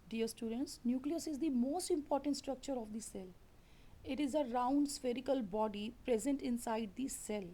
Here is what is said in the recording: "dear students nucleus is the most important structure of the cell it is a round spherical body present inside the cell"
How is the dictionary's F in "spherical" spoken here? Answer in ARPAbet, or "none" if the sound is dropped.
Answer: F